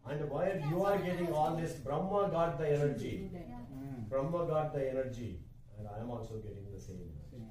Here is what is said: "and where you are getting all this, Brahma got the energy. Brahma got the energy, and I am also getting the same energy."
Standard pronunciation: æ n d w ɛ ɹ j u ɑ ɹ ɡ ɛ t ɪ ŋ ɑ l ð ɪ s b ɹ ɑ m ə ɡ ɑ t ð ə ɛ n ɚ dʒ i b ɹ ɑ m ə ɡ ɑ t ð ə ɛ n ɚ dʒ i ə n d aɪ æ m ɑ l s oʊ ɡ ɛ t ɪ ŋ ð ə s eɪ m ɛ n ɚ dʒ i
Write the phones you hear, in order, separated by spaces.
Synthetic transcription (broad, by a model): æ n d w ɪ l j u ɑ ɹ ɡ ɛ t ɪ ŋ ɑ l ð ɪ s b ɹ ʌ m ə ɡ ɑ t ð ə ɛ n ɚ dʒ i b ɹ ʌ m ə ɡ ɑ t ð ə ɛ n ɚ dʒ i ə n d aɪ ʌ m ɑ l s oʊ ɡ ɛ t ɪ ŋ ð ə s eɪ m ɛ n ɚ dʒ i